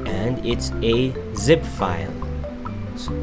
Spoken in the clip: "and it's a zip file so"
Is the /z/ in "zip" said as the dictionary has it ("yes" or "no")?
yes